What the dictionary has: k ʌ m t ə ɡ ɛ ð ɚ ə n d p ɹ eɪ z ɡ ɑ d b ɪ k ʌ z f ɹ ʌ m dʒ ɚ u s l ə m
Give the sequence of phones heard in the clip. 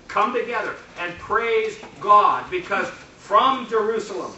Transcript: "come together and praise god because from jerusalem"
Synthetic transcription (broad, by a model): k ʌ m t ə ɡ ɛ ð ɚ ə n p ɹ eɪ z ɡ ɑ d b ɪ k ʌ z f ɹ ʌ m dʒ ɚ u s l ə m